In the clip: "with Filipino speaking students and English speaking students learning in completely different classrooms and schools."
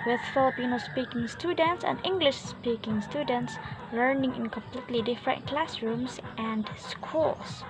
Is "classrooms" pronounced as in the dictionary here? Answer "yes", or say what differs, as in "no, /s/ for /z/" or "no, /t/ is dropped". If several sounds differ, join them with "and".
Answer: no, /s/ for /z/